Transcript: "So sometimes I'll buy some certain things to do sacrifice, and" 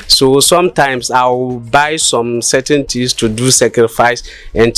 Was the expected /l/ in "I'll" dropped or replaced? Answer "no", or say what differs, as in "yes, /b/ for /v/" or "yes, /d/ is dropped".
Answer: yes, /w/ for /l/